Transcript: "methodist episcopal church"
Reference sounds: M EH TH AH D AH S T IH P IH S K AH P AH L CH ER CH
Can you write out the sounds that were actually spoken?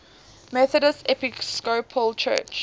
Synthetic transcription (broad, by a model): M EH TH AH D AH S IH P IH S K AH P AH L CH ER CH